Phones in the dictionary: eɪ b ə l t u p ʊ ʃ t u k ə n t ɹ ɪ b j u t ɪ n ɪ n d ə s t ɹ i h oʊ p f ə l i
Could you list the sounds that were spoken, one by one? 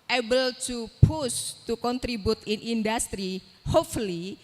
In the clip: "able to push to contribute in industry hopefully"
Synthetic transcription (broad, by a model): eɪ b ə l t u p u s t u k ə n t ɹ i b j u t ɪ n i n d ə s t ɹ i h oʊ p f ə l i